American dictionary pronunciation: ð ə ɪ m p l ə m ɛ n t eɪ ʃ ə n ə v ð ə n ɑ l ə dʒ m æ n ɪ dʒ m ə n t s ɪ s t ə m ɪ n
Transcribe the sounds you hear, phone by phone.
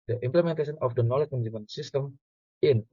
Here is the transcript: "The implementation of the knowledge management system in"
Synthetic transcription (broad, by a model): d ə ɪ m p l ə m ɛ n t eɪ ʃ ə n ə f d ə n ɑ l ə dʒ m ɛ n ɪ m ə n s ɪ s t ə m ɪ n